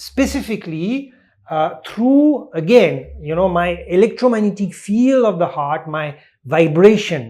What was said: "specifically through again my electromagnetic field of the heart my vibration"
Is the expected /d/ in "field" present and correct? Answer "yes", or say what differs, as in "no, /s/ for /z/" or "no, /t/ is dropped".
no, /d/ is dropped